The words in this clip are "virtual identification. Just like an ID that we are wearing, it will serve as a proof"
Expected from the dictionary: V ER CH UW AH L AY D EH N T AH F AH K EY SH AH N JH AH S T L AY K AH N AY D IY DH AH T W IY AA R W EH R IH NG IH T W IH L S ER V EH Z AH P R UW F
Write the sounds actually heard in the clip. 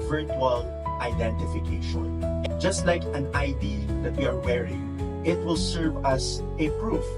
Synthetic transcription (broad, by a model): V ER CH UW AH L AY D EH N T AH F AH K EY SH AH N JH AH S T L AY K AH N AY D IY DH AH T W IY AA R W EH R IH NG IH T W IH L S ER V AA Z AH P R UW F